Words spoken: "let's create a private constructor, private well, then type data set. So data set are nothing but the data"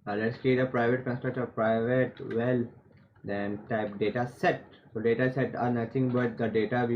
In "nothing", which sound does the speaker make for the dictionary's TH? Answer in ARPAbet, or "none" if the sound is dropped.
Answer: T